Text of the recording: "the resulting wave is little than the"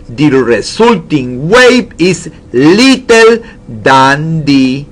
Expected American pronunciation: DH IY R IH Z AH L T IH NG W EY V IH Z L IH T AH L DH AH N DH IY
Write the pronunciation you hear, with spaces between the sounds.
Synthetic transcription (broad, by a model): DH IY R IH S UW L T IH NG W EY B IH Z L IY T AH L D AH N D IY